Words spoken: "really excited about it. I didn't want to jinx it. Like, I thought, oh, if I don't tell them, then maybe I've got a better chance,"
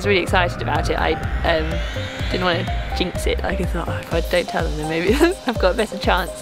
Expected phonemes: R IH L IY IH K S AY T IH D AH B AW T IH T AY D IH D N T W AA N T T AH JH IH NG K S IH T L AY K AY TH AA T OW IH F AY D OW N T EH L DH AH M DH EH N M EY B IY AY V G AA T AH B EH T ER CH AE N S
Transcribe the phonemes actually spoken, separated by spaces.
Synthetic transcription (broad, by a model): R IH L IY IH K S AY T IH D AH B AW T IH T AY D IH D N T W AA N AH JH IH NG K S IH T L AY K AY TH AA T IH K AY D OW N T EH L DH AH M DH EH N M EY B IY AY V G AA T AH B EH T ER CH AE N S